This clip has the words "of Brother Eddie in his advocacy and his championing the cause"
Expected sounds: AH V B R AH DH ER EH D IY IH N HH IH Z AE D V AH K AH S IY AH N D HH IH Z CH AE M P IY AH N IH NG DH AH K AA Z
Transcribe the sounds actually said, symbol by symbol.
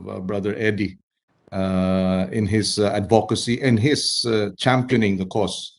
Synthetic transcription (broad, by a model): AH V B R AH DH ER EH D IY IH N HH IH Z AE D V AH K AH S IY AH N HH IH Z CH AE M P IY AH N IH NG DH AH K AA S